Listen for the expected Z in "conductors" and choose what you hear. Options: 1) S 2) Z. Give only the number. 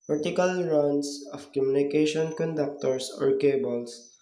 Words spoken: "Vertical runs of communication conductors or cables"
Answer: 1